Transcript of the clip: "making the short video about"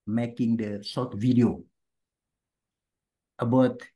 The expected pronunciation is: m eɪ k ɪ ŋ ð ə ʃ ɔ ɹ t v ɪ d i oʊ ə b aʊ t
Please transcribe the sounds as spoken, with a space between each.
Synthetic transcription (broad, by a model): m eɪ k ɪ ŋ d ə s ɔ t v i d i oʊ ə b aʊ t